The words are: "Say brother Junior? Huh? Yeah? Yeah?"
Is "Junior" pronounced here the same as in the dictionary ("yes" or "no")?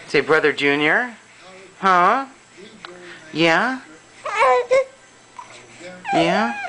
yes